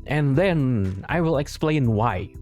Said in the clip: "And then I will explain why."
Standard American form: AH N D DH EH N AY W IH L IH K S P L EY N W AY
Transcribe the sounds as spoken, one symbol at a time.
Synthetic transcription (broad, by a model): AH N DH EH N AY W IH L IH K S P L EY N W AY